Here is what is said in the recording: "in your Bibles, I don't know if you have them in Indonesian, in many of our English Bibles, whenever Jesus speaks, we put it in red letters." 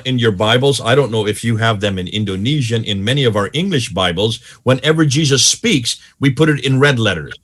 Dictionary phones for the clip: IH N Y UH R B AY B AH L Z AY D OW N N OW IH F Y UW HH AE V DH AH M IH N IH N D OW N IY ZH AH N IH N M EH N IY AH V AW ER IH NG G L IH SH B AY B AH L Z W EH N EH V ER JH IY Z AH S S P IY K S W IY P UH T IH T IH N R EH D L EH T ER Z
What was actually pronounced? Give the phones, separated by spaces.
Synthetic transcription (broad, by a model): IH N Y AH R B AY B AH L Z AY D OW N N OW IH F Y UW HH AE V DH AH M IH N IH N D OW N IY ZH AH N IH N M EH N IY AH V AW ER IH NG G L IH SH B AY B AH L Z W EH N EH V ER JH IY Z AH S S P IY K S W IY P UH T IH T IH N R EH D L EH T ER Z